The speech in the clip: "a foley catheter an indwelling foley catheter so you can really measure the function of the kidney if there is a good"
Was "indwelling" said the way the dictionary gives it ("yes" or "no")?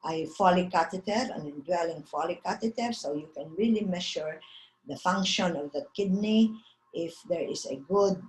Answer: no